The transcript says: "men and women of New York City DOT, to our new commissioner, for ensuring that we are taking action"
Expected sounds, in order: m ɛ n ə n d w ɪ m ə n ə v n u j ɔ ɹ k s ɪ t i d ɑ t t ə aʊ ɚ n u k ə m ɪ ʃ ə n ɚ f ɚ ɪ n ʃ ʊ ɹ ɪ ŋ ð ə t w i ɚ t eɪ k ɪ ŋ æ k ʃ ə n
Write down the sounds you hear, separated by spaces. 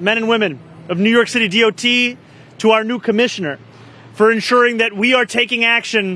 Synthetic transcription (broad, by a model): m ɛ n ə n w ɪ m ə n ə v n u j ɔ ɹ k s ɪ t i d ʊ t t ə aʊ ɚ n u k ə m ɪ ʃ ə n ɚ f ɚ ɪ n ʃ ʊ ɹ ɪ ŋ ð ə t w i ɚ t eɪ k ɪ ŋ æ k ʃ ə n